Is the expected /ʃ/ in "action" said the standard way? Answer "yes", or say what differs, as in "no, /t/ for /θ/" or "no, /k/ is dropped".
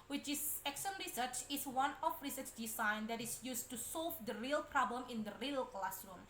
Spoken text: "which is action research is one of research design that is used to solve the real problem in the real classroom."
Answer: no, /s/ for /ʃ/